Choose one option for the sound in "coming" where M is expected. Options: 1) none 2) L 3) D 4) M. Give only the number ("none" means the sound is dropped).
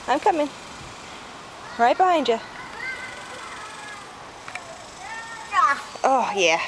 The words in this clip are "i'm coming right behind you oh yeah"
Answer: 4